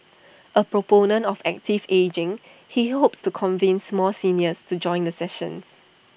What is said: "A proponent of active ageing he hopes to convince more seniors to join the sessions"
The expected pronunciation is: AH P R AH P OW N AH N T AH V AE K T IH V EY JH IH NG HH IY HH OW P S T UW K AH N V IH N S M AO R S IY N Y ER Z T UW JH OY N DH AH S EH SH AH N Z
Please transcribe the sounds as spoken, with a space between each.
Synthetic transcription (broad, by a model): AH P R AH P OW N AH N T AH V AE K T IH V EY JH IH NG HH IY HH OW P S T UW K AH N V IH N S M AO L S IY N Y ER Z T UW JH OY N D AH S EH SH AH N S